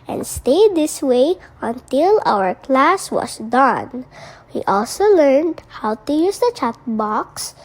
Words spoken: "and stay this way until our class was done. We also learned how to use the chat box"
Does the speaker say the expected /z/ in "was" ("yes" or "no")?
no